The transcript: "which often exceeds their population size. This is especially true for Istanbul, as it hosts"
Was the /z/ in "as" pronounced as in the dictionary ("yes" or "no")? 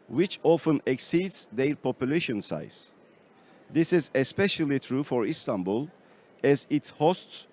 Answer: yes